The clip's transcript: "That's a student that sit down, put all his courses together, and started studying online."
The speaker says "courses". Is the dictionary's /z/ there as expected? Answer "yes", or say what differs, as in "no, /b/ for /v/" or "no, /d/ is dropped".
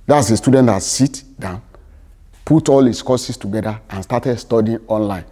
no, /s/ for /z/